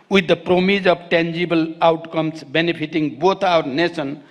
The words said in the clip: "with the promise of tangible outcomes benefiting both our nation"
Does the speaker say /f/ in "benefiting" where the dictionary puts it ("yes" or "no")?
no